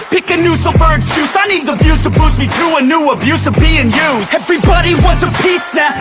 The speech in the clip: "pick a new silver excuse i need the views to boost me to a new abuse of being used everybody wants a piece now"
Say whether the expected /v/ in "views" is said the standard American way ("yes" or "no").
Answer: no